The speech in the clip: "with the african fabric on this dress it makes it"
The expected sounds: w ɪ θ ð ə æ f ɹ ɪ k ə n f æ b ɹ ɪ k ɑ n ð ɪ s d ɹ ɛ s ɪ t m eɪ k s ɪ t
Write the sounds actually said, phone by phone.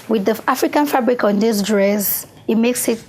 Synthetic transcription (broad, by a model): w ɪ ð ə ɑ f ɹ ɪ k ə n f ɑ b ɹ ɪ k ɑ n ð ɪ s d ɹ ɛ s ɪ t m eɪ k s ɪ t